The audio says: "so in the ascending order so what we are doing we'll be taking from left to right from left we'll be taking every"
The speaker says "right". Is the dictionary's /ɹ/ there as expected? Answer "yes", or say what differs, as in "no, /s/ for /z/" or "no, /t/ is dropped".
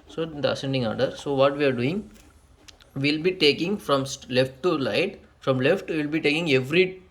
no, /l/ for /ɹ/